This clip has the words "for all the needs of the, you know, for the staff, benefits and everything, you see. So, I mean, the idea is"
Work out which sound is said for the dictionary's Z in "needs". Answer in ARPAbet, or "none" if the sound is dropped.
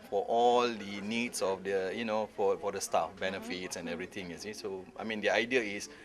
S